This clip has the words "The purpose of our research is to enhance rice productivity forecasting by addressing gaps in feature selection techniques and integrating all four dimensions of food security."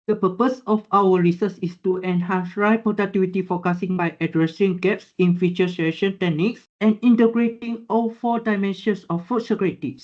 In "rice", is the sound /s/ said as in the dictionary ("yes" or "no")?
no